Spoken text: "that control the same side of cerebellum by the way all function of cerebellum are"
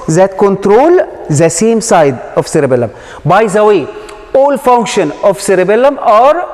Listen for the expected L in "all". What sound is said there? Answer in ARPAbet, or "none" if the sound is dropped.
L